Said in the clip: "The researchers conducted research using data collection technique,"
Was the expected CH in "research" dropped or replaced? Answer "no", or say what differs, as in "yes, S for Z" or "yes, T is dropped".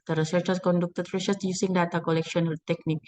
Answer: yes, S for CH